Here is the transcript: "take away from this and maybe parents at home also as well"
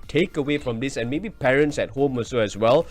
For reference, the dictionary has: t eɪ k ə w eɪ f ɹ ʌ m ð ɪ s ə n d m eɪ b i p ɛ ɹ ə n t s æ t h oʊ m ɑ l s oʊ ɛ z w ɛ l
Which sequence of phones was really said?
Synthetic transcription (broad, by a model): t eɪ k ə w eɪ f ɹ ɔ m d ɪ s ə n m eɪ b i p ɛ ɹ ə n t s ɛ t h oʊ m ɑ s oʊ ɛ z w ɛ l